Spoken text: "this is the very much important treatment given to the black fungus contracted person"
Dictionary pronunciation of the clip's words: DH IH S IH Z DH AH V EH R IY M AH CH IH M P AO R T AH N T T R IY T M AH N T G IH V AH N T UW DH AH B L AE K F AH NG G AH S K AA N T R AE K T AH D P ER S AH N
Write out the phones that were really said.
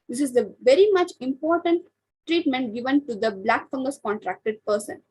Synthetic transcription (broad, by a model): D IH S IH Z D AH V EH R IY M AH CH IH M P AO R T AH N T T R IY T M AH N T G IH V AH N T UW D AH B L AE K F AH NG G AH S K AA N T R AE K T AH D P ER S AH N